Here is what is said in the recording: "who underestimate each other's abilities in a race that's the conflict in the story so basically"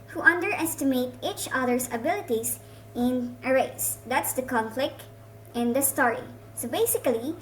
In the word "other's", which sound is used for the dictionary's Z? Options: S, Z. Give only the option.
S